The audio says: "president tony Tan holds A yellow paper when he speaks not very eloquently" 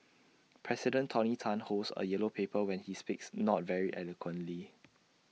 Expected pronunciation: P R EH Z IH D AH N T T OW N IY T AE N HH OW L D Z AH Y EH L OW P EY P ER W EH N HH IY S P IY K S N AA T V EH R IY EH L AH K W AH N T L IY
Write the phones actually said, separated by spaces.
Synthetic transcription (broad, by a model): P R EH S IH D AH N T T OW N IY T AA N HH OW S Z AH Y EH L OW P EY P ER W EH N HH IY S P IY K S N AA T V EH R IY EH L AH K W AH N T L IY